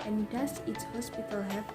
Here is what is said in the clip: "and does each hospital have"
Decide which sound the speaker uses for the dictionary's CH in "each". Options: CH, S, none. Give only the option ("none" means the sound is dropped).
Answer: S